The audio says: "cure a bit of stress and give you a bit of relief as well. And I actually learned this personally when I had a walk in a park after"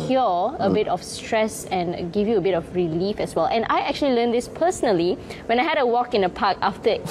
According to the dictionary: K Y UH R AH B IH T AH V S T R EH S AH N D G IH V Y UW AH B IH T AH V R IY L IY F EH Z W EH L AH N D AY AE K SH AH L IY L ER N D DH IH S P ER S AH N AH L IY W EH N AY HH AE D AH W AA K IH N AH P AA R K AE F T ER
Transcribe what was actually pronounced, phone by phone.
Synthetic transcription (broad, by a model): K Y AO AH B IH T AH F S T R EH S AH N G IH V Y UW AH B IH T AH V R IY L IY F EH S W EH L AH N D AY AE K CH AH L IY L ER N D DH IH S P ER S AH N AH L IY W EH N AY HH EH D AH W AA K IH N AH P AA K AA F T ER